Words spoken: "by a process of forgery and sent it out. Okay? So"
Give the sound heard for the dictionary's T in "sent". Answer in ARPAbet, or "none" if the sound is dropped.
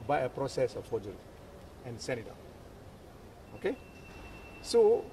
none